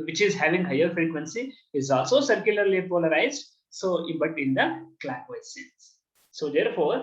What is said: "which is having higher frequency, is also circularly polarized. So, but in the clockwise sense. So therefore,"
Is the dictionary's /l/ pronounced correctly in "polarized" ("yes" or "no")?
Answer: yes